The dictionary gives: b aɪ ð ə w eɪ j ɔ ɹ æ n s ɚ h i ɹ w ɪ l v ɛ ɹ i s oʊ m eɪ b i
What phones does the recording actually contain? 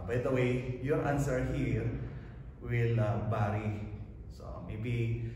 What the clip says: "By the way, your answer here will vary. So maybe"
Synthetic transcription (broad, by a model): b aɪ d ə w eɪ j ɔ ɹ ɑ n s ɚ h i ɹ w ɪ l b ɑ ɹ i s oʊ m eɪ b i